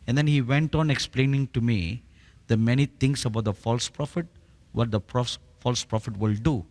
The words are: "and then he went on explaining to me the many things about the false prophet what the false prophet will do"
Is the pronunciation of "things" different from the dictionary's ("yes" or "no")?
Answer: yes